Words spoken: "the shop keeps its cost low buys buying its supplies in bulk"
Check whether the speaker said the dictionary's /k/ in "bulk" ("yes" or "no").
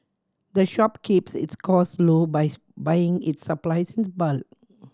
no